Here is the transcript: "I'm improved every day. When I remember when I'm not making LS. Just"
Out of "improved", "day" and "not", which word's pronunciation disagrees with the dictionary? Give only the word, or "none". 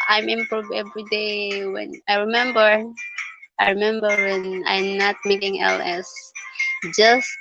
improved